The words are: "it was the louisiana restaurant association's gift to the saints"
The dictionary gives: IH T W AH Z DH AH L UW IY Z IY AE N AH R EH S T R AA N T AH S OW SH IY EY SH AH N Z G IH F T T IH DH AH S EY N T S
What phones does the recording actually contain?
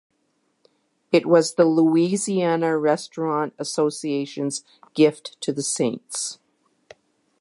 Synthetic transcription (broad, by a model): IH T W AH Z DH AH L UW IY Z IY AE N AH R EH S T R AA N T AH S OW S IY EY SH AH N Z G IH F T T IH DH AH S EY N T S